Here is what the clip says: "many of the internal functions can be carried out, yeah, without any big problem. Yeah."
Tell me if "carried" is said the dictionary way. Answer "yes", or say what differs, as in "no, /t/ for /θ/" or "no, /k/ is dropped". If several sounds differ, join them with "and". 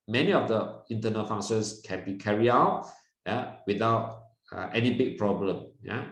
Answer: no, /d/ is dropped